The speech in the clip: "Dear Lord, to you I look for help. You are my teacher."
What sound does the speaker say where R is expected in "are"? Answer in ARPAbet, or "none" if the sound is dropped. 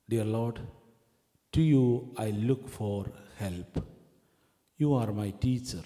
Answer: R